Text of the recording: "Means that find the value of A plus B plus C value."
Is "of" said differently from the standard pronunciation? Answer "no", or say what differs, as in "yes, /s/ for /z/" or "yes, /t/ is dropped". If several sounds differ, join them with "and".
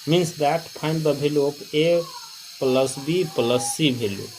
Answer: yes, /p/ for /v/